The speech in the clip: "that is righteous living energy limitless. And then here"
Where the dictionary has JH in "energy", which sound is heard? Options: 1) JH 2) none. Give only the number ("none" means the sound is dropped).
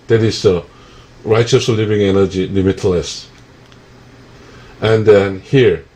1